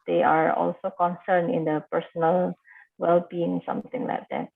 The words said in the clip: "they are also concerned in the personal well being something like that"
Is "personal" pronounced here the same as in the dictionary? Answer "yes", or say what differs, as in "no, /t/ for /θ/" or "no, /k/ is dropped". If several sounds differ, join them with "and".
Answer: yes